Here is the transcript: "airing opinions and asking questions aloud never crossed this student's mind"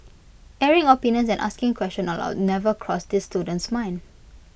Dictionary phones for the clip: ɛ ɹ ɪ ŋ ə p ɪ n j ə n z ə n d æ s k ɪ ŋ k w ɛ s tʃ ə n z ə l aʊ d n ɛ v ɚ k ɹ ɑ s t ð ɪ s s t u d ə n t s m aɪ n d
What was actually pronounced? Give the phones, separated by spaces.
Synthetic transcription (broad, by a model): ɛ ɹ ɪ ŋ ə p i n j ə n s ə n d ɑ s k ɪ ŋ k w ɛ s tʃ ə n ə l aʊ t n ɛ v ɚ k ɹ ɑ s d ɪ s s t u d ə n t s m aɪ n